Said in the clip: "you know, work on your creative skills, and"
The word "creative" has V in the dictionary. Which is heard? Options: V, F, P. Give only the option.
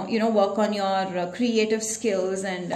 V